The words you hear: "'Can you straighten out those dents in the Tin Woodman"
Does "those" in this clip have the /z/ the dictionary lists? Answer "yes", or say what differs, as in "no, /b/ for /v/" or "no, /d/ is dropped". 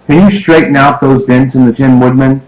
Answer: yes